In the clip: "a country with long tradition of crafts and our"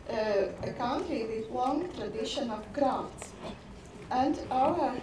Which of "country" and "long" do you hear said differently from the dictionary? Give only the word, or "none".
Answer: country